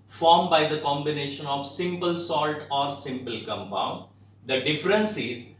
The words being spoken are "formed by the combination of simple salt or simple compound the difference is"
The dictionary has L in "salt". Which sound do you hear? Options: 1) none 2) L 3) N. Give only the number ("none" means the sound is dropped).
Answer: 2